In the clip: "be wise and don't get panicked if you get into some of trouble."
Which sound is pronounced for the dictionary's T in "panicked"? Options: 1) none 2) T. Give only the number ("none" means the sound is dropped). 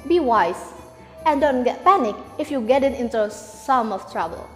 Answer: 1